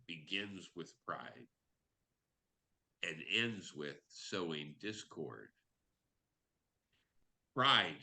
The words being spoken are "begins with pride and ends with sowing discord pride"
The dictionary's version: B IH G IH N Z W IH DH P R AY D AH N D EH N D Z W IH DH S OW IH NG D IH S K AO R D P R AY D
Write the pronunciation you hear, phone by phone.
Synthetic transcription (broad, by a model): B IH G IH N Z W IH DH P R AY D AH N EH N D Z W IH DH S OW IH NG D IH S K AO R D P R AY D